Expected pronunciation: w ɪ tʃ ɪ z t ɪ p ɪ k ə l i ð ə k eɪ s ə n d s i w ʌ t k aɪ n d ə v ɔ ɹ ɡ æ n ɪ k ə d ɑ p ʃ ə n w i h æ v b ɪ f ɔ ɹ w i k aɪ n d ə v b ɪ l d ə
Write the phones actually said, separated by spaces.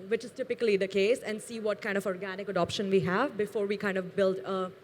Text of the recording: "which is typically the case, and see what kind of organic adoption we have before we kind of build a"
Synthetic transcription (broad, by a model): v ɪ tʃ ɪ z t ɪ p ɪ k ə l i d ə k eɪ s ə n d s i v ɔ t k aɪ n d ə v ɔ ɹ ɡ æ n ɪ k ə d ɑ p ʃ ə n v i h æ v b ɪ f ɔ ɹ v i k aɪ n d ə v b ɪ l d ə